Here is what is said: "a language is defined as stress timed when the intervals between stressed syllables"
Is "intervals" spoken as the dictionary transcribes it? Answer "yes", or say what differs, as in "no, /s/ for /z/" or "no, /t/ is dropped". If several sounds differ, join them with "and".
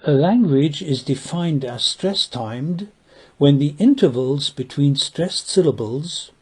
yes